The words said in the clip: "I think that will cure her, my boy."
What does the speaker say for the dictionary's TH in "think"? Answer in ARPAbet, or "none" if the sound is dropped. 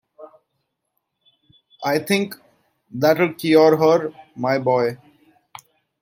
T